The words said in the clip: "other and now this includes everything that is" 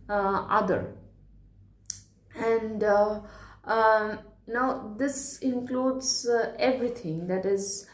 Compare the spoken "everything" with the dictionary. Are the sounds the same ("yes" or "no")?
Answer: no